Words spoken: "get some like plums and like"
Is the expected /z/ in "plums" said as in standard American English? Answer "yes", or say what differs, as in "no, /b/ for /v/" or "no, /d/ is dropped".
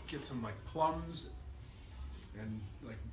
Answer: yes